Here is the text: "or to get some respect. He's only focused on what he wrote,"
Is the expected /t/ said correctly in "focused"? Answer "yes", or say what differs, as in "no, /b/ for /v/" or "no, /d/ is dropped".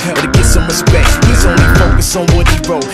no, /t/ is dropped